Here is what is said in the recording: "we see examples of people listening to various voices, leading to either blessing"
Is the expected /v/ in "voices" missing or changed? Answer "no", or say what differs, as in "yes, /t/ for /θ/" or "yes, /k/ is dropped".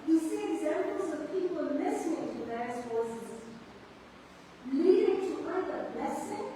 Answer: yes, /f/ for /v/